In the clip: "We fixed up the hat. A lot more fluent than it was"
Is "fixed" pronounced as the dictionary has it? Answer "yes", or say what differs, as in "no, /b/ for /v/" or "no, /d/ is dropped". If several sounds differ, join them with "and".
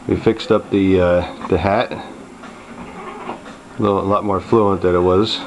yes